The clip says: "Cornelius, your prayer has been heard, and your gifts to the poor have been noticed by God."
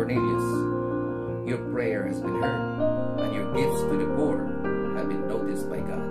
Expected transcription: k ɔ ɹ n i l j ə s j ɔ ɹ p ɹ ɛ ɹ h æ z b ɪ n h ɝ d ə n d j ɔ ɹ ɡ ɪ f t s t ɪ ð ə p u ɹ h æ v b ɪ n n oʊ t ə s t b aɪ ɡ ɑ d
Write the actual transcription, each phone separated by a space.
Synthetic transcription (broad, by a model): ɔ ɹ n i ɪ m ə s j ɔ ɹ p ɹ ɛ ɹ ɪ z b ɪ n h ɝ ə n j ɔ ɹ ɡ ɪ f t s t ɪ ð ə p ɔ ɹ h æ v b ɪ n n oʊ t ə s t b aɪ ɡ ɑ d